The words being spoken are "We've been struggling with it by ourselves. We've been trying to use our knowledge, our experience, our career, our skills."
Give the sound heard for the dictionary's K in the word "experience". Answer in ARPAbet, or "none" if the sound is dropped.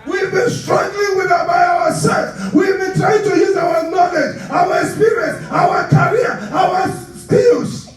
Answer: none